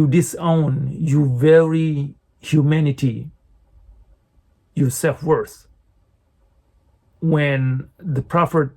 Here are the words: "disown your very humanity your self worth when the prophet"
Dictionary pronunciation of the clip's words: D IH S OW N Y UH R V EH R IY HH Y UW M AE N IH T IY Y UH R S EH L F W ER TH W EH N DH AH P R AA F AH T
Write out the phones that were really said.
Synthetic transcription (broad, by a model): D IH S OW N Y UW V EH R IY HH Y UW M AE N IH T IY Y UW S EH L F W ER S W EH N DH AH P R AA F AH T